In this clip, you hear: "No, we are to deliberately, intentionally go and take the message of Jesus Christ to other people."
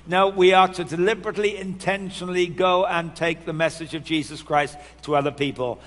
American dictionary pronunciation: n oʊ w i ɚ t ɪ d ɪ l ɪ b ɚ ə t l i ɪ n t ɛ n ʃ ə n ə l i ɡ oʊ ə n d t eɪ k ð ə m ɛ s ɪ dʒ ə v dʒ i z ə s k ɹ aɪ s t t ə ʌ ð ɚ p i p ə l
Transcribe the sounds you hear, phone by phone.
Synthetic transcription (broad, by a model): n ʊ w i ɚ t ɪ d ɪ l ɪ b ɚ ə t l i ɪ n t ɛ n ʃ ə n l i ɡ oʊ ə n t eɪ k ð ə m ɛ s ɪ dʒ ə v dʒ i z ə s k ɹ aɪ s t t ə ʌ ð ɚ p i p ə l